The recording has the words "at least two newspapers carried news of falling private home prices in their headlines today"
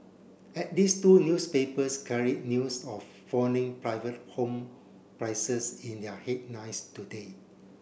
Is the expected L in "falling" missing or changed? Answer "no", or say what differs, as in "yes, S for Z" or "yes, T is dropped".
yes, N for L